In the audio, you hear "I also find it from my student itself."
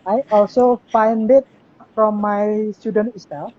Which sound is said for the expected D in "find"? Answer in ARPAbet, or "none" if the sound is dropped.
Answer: D